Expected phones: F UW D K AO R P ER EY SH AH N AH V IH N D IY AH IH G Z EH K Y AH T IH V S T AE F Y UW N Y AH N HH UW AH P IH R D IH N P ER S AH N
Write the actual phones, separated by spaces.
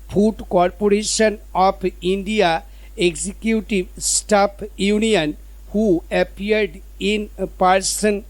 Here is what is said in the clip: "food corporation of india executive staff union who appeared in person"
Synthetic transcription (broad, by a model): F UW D K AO R P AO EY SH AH N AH P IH N D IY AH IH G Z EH K Y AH T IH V S T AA P Y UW N Y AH N HH UW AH P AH R D IH N P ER S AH N